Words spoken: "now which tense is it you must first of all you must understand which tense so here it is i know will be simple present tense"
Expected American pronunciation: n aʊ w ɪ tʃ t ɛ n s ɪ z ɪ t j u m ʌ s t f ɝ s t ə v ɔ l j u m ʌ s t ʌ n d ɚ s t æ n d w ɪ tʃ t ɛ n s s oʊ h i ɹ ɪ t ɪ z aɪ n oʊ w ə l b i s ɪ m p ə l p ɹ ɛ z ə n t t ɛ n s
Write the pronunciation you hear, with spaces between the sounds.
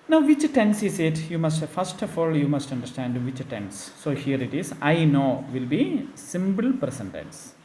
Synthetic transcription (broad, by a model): n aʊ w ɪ tʃ t ɛ n s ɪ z ɪ t j u m ʌ s t f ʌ s t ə f ɔ l j u m ʌ s t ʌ n d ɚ s t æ n d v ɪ tʃ t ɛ n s s oʊ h i ɹ ɪ t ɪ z aɪ n oʊ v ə l b i s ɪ m b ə l p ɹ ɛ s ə n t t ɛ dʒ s